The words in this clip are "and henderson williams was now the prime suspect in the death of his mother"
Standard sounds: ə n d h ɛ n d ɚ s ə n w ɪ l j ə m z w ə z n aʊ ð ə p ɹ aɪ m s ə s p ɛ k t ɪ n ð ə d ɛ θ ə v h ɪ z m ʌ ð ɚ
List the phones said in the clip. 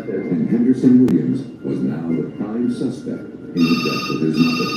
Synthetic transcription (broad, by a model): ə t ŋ h ɛ n d ɚ s ə n w ɪ l j ə m z w ə z n aʊ ð ə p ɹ aɪ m s ə s p ɛ k t ɪ n ð ə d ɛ t ə v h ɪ z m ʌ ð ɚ